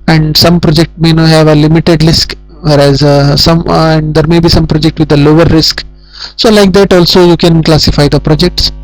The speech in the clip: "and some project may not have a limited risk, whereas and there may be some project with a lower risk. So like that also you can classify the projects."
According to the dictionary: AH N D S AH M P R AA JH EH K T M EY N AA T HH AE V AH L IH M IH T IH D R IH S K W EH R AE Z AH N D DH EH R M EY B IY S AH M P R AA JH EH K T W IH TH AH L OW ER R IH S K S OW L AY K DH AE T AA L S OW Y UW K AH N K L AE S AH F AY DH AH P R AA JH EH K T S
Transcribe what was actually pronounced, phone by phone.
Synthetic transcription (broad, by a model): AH N D S AH M P R AA JH EH K T M EY N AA HH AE V AH L IH M IH T IH D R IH S K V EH R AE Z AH N D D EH R M EY B IY S AH M P R AA JH EH K T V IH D AH L OW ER R IH S K S OW L AY K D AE T AA L S OW Y UW K AH N K L AE S AH F AY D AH P R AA JH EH K T S